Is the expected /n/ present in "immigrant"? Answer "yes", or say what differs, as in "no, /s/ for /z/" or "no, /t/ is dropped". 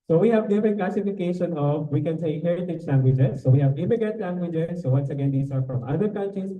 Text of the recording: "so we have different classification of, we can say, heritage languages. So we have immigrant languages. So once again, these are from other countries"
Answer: no, /n/ is dropped